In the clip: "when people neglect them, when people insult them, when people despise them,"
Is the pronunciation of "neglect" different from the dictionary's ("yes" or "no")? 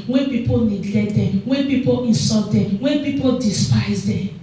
yes